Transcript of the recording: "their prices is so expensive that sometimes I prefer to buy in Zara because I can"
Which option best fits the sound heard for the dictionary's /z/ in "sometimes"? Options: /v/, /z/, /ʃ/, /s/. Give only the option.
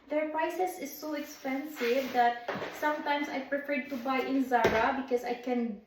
/s/